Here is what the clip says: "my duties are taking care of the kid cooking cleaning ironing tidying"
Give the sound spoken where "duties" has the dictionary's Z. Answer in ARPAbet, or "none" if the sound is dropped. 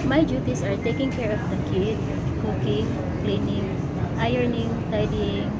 S